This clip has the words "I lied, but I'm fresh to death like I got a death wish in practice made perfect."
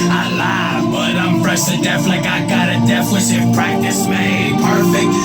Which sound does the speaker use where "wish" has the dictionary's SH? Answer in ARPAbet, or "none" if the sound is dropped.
S